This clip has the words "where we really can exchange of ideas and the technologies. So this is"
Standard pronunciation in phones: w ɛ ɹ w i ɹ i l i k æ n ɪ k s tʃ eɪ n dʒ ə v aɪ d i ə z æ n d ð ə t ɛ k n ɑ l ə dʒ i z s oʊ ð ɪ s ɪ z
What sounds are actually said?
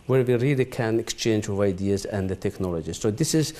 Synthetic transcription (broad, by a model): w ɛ ɹ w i ɹ i l i k æ n ɪ k s tʃ eɪ n dʒ ə v aɪ d i ə z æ n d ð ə t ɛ k n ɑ l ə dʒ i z s oʊ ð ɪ s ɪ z